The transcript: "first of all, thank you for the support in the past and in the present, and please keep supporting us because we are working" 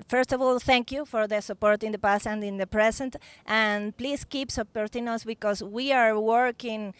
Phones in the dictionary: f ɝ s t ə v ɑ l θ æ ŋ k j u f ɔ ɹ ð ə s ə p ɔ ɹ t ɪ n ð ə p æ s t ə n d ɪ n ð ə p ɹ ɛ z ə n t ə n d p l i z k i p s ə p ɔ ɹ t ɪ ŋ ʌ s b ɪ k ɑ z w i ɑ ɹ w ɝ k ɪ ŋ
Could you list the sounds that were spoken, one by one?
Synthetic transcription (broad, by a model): f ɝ s t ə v ɑ l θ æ ŋ k j u f ɔ ɹ ð ə s ə p ɔ ɹ t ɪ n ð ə p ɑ s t ə n d ɪ n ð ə p ɹ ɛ s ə n t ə n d p l i s k i p s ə p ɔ ɹ t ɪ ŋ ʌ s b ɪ k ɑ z w i ɑ ɹ w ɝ k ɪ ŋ